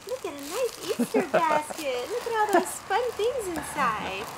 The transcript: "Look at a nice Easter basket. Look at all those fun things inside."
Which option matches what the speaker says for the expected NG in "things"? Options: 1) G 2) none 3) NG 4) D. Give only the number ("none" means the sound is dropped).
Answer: 3